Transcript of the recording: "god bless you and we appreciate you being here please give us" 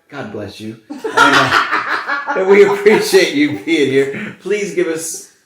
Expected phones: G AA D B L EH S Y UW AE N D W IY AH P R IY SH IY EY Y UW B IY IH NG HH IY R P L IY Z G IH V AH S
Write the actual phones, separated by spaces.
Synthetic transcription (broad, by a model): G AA D B L EH S Y UW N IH W IY AH P R IY SH IY EY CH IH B IY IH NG HH IY R P L IY Z G IH V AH S